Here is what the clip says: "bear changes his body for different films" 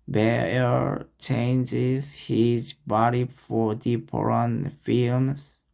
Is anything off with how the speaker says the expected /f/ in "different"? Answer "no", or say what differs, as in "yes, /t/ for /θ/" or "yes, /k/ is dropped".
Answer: yes, /p/ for /f/